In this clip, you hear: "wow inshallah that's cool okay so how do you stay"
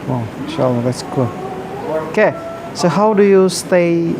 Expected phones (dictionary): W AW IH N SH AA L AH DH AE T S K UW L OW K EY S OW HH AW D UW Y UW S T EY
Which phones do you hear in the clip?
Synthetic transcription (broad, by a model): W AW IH SH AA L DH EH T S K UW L OW K EY S OW HH AW D UW Y UW S T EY